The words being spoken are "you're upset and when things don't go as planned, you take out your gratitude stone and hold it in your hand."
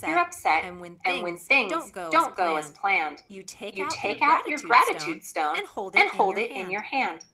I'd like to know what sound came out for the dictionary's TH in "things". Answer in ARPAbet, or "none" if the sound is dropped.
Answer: TH